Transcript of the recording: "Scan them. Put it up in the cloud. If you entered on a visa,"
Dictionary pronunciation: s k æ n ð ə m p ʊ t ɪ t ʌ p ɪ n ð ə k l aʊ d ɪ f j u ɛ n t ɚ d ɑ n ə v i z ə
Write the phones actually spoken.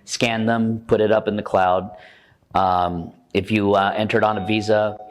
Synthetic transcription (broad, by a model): s k æ n ð ə m p ʊ t ɪ t ʌ p ɪ n ð ə k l aʊ d ɪ f j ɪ ɛ n t ɚ d n ə v i z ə